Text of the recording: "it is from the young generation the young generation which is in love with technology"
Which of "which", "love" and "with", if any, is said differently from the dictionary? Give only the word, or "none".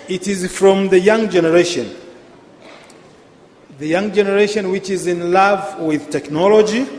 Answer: none